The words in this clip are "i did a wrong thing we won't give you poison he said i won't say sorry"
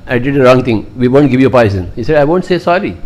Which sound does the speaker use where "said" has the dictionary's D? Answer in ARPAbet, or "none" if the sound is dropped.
D